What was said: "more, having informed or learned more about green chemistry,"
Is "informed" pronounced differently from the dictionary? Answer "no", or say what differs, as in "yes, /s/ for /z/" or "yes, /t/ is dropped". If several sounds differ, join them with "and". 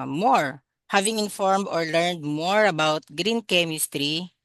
no